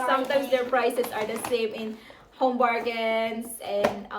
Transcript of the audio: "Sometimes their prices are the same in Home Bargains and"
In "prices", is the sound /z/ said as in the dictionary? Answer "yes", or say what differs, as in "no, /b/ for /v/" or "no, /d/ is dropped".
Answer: no, /s/ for /z/